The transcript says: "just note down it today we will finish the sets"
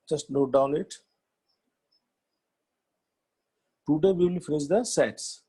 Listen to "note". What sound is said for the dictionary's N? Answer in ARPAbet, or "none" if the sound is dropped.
L